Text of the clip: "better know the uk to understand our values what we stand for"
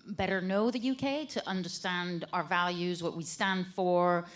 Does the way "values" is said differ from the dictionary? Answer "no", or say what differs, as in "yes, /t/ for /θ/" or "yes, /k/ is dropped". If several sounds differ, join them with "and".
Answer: no